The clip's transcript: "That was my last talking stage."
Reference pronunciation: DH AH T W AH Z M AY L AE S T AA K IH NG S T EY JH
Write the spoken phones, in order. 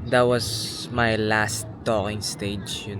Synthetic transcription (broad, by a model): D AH T W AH S M AY L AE S T AA K IH NG S T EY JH